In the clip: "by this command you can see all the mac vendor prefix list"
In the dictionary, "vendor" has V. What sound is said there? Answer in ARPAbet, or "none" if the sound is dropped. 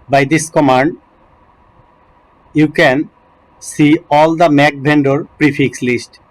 B